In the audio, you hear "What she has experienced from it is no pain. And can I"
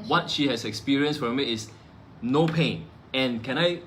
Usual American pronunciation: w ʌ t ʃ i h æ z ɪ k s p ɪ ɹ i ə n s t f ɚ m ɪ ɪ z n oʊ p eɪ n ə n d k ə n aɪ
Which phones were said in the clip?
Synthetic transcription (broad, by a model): w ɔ t ʃ i h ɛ s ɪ k s p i ɹ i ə n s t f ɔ m ɪ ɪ s n oʊ p eɪ n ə n k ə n aɪ